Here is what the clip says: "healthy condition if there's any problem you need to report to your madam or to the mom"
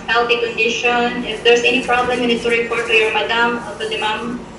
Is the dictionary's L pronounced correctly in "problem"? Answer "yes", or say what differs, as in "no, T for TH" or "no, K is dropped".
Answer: yes